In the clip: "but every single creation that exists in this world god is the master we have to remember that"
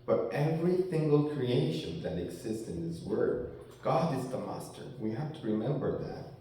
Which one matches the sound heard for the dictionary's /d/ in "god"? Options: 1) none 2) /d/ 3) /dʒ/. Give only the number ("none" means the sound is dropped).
2